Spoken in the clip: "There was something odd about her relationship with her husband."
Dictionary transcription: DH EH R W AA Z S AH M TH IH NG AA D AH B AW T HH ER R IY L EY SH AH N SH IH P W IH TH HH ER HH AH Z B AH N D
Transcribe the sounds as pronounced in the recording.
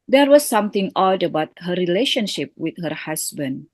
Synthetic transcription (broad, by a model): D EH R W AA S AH M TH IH NG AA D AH B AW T HH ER R IY L EY SH AH N SH IH P W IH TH HH ER HH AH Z B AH N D